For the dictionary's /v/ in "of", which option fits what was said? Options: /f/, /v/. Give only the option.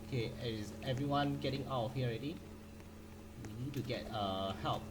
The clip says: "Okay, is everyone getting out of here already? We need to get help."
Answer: /f/